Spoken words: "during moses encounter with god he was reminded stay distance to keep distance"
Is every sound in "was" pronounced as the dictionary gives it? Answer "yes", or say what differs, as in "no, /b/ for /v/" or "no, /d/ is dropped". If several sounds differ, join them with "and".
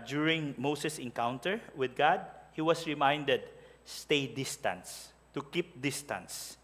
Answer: no, /s/ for /z/